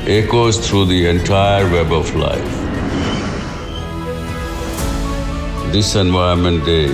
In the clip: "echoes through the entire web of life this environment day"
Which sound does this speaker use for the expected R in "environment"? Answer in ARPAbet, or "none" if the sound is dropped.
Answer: none